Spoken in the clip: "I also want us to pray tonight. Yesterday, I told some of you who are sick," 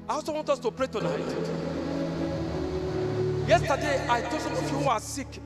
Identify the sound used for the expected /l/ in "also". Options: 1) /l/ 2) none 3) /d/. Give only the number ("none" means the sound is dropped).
2